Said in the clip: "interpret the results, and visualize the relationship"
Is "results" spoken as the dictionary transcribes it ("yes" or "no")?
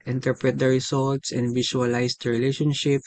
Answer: no